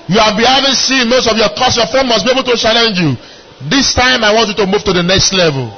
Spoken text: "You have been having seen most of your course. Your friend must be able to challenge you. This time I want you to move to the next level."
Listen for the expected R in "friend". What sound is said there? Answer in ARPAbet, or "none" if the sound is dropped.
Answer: none